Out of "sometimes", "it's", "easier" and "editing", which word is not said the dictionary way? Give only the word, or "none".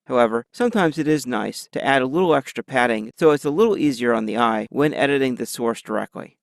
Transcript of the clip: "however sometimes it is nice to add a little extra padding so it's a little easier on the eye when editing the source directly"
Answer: none